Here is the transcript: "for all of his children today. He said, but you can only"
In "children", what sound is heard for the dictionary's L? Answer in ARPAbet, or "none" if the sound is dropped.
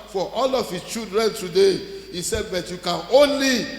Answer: none